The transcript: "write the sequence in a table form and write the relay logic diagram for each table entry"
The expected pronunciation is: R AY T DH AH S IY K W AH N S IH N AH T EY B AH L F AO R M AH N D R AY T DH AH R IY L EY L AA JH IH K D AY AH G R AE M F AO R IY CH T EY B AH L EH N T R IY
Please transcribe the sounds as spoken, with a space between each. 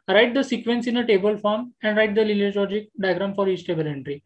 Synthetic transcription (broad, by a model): R AY T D AH S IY K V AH N S IH N AH T EY B AH L F AO R M AH N D R AY T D AH L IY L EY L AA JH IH K D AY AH G R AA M F AO R IY CH T EY B AH L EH N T R IY